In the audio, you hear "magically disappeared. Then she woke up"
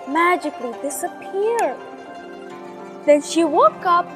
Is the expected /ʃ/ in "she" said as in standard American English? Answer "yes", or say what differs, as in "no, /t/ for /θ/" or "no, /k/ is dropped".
yes